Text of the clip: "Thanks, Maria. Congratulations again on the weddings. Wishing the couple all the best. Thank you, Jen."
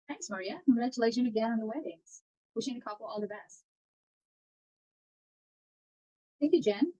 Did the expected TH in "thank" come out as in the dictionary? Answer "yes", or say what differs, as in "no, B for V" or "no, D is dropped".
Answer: yes